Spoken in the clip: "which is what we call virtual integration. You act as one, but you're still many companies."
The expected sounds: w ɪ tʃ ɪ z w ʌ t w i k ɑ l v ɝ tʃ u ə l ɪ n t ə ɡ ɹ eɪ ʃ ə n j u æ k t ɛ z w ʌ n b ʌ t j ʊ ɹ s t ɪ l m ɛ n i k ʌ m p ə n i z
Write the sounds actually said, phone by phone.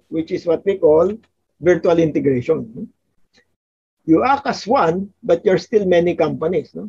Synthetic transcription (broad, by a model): w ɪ tʃ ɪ s w ʌ t w i k ɑ l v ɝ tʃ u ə l ɪ n t ə ɡ ɹ eɪ ʃ ə n j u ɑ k ʌ s w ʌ n b ʌ t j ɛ ɹ s t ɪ l m ɛ n i k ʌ m p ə n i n